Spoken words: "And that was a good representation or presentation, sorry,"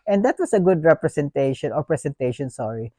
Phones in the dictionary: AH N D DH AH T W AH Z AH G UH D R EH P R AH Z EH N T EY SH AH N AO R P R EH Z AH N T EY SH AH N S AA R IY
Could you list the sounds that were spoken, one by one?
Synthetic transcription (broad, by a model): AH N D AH T W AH S AH G UH D R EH P R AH S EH N T EY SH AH N AO R P R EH S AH N T EY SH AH N S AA R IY